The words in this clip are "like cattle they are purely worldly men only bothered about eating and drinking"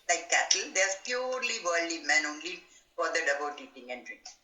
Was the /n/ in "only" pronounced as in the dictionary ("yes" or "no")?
yes